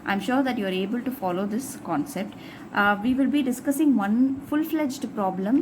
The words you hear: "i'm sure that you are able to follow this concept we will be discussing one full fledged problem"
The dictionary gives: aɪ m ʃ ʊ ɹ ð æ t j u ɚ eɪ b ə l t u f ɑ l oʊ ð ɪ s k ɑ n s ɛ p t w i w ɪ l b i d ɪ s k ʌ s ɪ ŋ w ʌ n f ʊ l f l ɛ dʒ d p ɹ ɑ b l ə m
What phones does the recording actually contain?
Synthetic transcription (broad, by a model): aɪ m ʃ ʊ ɹ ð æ t j u ɚ eɪ b ə l t u f ɑ l oʊ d ɪ s k ɑ n s ɛ p t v i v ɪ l b i d ɪ s k ʌ s ɪ ŋ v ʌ n f ʊ l f l ɛ dʒ d p ɹ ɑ b l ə m